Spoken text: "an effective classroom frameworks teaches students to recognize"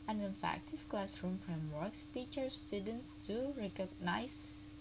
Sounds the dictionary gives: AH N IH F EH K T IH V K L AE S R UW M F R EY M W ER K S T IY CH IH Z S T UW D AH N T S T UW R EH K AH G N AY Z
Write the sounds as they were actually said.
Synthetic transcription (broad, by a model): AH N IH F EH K T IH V K L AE S R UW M F R EY M W ER K S T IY CH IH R S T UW D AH N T S T UW R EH K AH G N AY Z